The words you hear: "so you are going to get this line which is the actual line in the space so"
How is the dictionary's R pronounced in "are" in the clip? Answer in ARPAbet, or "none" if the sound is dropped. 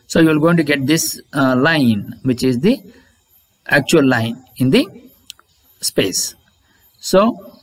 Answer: L